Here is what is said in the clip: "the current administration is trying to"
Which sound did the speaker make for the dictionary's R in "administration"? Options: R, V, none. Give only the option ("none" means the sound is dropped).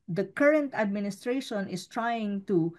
R